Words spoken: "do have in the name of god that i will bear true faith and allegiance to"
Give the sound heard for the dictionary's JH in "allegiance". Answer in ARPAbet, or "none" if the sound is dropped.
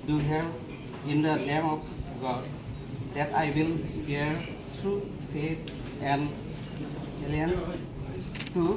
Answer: none